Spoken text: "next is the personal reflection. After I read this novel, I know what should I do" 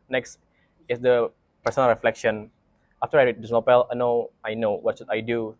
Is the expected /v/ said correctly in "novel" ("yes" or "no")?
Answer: no